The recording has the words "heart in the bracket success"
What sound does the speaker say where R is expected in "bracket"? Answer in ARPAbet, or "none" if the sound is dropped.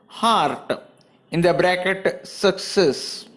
R